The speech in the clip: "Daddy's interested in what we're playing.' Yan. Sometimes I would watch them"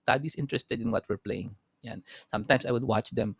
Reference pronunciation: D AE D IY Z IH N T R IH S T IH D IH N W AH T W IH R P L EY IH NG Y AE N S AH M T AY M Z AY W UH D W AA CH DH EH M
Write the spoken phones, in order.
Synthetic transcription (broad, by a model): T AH D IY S IH N T R IH S T IH D IH N W AH T W IH R P L EY IH NG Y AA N S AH M T AY M S AY W UH D W AA CH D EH M